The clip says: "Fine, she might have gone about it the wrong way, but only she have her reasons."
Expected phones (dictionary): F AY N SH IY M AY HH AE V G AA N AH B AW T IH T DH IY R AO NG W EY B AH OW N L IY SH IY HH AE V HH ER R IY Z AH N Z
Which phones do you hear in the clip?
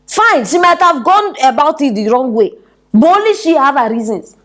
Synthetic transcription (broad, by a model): F AY N SH IY M AY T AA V G AA N AH B AW T IH T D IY R AO NG W EY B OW L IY SH IY HH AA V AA R IY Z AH N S